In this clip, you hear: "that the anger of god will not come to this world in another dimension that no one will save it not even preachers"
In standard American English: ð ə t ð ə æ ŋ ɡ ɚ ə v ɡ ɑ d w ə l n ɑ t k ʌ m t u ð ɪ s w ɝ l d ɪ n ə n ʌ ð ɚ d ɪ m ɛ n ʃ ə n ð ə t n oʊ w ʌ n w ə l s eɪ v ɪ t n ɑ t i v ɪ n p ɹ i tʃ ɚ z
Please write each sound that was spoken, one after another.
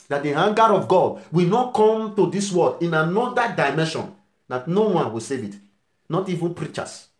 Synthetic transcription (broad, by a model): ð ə t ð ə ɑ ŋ ɡ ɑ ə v ɡ ɑ d w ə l n ɑ t k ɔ m t u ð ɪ s w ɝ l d ɪ n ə n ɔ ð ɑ d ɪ m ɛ n ʃ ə n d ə t n oʊ w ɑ n w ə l s eɪ v ɪ t n ɑ t i v ɪ n p ɹ i tʃ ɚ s